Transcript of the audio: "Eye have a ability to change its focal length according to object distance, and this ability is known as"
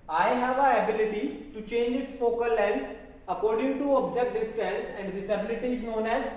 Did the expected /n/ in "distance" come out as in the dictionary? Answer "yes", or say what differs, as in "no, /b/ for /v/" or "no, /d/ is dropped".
no, /l/ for /n/